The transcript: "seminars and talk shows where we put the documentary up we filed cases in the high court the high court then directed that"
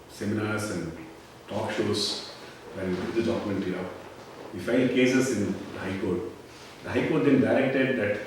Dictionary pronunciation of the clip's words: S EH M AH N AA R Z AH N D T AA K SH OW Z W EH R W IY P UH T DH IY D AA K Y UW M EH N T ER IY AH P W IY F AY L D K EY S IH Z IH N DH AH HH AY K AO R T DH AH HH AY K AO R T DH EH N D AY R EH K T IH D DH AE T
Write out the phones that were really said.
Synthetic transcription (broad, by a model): S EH M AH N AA R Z AH N D T AA K SH OW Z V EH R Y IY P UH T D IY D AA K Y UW M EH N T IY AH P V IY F AY N D K EY S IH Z IH N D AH HH AY K AO R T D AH HH AY K AO R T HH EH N D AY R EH K T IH D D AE T